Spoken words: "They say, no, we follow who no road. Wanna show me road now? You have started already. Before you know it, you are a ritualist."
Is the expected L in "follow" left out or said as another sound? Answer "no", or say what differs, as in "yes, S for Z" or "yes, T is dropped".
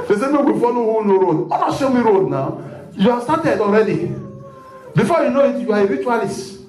yes, N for L